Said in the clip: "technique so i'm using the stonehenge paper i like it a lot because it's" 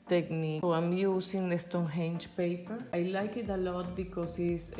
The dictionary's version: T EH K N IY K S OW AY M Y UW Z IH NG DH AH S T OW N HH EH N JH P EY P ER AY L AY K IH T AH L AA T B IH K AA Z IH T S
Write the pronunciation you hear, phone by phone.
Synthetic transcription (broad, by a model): T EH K N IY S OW AY M Y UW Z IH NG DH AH S T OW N HH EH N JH P EY P ER AY L AY K IH T AH L AA T B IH K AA S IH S